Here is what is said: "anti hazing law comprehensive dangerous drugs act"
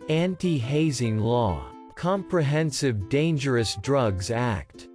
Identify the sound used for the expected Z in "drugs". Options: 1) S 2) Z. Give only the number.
2